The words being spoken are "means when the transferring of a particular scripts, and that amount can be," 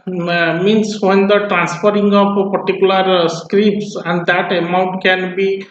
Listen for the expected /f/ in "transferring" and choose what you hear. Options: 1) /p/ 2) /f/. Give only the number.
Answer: 1